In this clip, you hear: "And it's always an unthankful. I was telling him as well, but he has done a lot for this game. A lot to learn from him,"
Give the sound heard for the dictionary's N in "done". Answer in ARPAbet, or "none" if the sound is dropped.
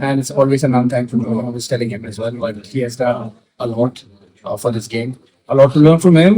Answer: none